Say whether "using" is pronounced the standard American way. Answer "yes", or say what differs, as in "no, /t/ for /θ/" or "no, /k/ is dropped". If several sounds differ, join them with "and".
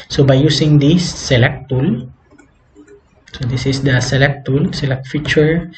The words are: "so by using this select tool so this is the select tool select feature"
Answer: no, /s/ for /z/